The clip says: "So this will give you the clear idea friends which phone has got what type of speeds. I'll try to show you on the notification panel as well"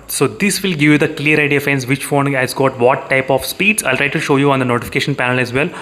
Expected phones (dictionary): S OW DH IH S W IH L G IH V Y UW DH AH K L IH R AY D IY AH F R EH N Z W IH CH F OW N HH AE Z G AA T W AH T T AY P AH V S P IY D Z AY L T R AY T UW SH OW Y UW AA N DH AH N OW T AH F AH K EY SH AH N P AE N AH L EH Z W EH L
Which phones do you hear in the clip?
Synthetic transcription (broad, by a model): S OW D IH S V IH L G IH V Y UW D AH K L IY R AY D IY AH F EH N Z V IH CH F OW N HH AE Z G AA T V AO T T AY P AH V S P IY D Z AY L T R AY T UW SH OW Y UW AA N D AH N OW T AH F AH K EY SH AH N P AE N AH L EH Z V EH L